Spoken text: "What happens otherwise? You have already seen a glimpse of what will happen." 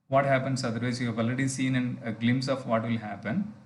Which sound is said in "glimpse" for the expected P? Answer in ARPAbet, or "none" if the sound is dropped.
none